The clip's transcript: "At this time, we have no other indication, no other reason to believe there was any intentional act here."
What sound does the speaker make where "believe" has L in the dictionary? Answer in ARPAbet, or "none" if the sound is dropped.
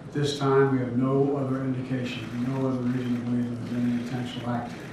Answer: none